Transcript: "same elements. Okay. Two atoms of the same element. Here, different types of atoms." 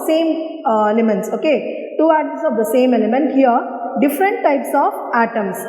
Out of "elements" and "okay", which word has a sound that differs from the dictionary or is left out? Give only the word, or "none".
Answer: none